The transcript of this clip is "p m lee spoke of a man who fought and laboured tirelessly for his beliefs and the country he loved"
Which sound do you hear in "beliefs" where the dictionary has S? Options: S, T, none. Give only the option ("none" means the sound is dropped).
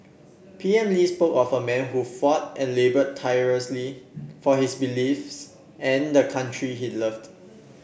S